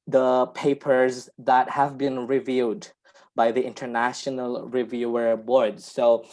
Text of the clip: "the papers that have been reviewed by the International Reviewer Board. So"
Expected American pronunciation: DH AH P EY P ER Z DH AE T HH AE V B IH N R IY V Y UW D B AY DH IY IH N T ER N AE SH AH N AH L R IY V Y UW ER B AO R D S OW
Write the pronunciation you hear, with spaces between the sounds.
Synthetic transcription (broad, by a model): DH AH P EY P ER Z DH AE T HH AE V B IH N R IY V Y UW D B AY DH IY IH N T ER N AE SH AH N AH L R IY V Y UW ER B AO R D S OW